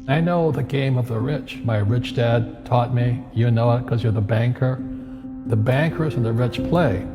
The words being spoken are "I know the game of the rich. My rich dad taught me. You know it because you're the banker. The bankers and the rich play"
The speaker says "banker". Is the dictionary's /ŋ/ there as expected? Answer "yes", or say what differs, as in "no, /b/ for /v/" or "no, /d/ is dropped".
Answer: yes